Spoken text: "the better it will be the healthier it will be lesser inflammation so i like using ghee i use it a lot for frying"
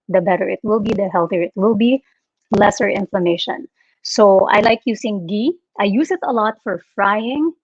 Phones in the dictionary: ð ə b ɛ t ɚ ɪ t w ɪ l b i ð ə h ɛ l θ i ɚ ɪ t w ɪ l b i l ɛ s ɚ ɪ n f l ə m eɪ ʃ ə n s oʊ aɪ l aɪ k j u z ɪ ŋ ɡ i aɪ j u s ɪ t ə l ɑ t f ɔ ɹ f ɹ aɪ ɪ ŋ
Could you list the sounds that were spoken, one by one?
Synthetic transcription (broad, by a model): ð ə b ɛ t ɚ ɪ t w ɪ l b i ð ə h ɛ l θ i ɚ ɪ t w ɪ l b i l ɛ s ɚ ɪ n f l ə m eɪ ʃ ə n s oʊ aɪ l aɪ k j u s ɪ ŋ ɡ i aɪ j u s ɪ t ə l ɑ t f ɔ ɹ f ɹ aɪ ɪ ŋ